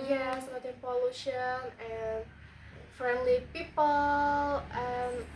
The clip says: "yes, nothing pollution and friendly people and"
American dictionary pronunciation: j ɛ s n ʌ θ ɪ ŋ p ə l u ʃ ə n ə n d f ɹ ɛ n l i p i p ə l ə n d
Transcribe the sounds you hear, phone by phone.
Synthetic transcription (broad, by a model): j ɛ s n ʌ t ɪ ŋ p ə l u ʃ ə n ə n f ɹ ɛ n l i p i p ə l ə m